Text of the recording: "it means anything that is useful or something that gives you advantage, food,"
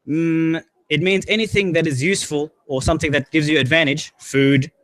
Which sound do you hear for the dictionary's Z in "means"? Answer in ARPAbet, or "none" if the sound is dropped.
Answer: Z